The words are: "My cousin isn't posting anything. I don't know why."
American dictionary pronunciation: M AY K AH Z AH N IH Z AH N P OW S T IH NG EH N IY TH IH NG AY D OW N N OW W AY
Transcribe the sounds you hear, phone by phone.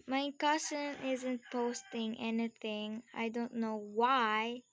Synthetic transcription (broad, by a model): M AY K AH S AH N IH Z AH N P OW S T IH NG EH N IY TH IH NG AY D OW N N OW W AY